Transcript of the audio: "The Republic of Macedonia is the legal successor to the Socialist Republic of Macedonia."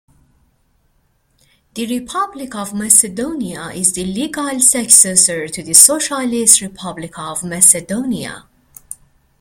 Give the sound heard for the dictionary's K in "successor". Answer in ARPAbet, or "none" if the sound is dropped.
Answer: K